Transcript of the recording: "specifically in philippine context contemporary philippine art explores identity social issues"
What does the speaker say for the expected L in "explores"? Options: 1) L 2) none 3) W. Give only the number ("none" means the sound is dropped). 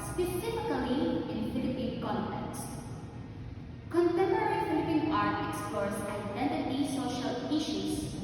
2